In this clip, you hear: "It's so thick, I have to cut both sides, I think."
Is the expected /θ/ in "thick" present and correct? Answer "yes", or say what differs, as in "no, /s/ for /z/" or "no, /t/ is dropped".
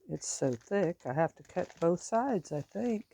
yes